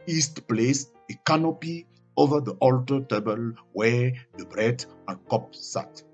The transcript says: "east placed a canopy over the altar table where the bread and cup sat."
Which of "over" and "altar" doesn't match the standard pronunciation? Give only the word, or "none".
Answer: none